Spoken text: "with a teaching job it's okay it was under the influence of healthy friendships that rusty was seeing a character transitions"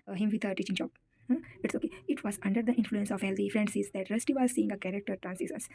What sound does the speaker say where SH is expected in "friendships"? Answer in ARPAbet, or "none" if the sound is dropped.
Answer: S